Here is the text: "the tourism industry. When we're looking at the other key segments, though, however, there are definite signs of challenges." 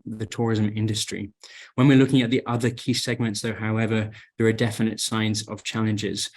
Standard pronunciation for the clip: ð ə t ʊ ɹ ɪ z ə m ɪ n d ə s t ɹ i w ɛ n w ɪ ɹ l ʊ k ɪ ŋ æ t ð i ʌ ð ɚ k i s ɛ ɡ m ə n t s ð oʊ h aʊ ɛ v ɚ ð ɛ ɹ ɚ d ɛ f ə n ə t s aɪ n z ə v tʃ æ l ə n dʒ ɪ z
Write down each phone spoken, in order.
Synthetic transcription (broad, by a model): ð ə t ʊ ɹ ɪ z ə m ɪ n d ə s t ɹ i w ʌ n w ɪ ɹ l ʊ k ɪ ŋ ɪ t ð i ʌ ð ɚ k i s ɛ ɡ m ə n t s ð oʊ h aʊ ɛ v ɚ ð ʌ ɹ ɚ d ɛ f ə n ə t s aɪ n z ə v tʃ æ l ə n dʒ ɪ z